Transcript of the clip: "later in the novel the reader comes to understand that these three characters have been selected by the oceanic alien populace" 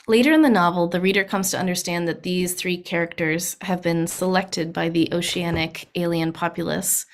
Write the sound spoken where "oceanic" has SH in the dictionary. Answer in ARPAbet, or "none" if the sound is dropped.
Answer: SH